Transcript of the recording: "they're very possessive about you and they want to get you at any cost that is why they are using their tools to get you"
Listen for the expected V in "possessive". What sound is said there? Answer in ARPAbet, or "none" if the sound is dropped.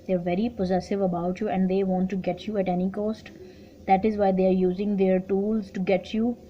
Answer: V